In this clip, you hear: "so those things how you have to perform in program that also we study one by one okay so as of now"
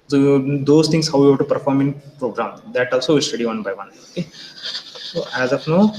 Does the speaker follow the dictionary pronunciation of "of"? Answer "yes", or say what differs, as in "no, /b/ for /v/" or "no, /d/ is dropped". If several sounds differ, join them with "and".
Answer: no, /p/ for /v/